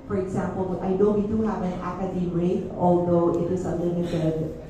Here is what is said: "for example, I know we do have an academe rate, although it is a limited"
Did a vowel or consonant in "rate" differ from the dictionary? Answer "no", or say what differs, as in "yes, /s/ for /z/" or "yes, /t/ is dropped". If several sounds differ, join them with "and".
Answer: yes, /t/ is dropped